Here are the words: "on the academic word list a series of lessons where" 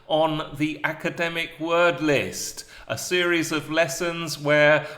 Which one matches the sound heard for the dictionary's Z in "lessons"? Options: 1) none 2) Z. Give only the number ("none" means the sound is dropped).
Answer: 2